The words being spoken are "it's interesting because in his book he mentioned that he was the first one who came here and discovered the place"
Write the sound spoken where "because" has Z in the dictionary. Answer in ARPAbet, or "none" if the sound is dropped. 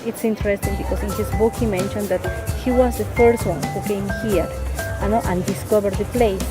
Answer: S